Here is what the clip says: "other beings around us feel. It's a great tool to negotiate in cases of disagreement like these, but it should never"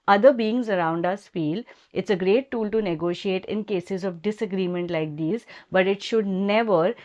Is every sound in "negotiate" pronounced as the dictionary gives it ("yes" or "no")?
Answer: yes